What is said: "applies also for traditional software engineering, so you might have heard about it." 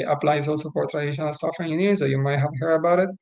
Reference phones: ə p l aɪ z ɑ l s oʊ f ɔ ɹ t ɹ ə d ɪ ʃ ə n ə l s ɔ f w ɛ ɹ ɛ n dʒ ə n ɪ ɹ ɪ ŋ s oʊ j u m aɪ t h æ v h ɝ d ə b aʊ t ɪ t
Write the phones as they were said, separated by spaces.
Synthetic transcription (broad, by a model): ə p l aɪ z ɑ l s oʊ f ɔ ɹ t ɹ ə d ɪ ʃ ə n ə l s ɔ f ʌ ɹ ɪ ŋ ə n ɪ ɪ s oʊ j u m aɪ t h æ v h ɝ ə b aʊ t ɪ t